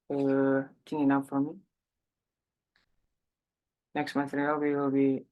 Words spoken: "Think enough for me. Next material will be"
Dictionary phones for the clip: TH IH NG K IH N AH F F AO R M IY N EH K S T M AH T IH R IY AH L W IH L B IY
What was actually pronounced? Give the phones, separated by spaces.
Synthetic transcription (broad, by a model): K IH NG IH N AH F F AO R M IY N EH K S T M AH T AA W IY W IH L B IY